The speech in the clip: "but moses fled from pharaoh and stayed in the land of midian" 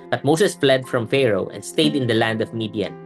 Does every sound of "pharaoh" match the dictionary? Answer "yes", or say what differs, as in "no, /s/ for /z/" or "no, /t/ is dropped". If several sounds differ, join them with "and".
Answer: yes